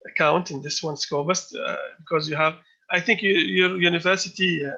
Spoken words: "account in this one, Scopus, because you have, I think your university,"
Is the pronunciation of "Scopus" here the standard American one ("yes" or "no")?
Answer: no